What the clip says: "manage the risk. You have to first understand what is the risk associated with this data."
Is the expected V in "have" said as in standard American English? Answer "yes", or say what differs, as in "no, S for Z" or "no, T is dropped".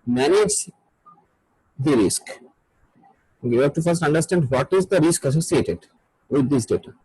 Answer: no, P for V